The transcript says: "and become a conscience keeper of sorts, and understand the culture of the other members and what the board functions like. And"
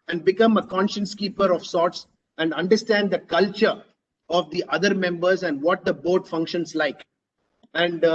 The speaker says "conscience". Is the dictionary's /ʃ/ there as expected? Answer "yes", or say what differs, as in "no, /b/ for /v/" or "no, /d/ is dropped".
yes